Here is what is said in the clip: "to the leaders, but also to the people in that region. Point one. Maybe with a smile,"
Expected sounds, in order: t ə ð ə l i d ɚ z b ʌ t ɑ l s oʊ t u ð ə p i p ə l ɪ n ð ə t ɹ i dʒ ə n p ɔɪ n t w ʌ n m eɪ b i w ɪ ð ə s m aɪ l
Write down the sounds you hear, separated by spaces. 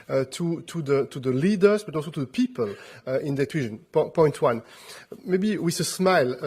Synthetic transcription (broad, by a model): t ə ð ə l i d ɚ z b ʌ t ɑ l s oʊ t u ð ə p i p ə l ɪ n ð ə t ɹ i ʒ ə n p ɔɪ n t w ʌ n m eɪ b i w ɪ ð ə s m aɪ l